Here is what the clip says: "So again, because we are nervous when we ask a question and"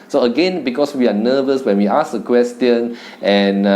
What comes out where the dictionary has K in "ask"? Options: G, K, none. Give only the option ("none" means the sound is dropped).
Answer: none